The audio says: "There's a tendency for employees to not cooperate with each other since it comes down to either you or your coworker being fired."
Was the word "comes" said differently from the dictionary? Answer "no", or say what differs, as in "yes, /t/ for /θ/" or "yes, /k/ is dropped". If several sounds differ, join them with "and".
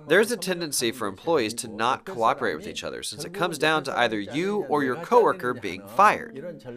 no